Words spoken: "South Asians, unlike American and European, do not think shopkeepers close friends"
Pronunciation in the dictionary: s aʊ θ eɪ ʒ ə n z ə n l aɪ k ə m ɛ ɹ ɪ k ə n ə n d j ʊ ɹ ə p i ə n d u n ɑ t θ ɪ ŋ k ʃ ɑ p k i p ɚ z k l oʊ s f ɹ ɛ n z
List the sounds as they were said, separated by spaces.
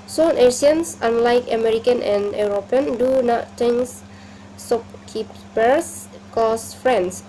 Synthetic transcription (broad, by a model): s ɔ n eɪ s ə n s ə n l aɪ k ə m ɛ ɹ ɪ k ə n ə n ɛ ɹ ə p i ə n d u n ɑ t t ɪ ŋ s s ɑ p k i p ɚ s k oʊ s f ɹ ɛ n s